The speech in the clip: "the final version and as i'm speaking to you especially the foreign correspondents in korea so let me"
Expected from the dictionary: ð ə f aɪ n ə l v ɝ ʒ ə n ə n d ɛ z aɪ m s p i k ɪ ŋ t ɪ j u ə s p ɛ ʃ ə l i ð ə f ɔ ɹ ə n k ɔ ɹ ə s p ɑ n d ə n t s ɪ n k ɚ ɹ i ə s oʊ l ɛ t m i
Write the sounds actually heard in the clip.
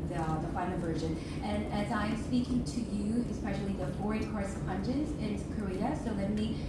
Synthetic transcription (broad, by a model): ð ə f aɪ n l v ɝ ʒ ə n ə n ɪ z aɪ m s p i k ɪ ŋ t ɪ j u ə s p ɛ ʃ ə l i ð ə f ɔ ɹ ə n k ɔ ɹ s ʌ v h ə n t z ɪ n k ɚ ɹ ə s oʊ l ɛ t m i